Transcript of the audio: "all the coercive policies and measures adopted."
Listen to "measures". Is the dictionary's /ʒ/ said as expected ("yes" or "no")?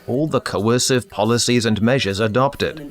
yes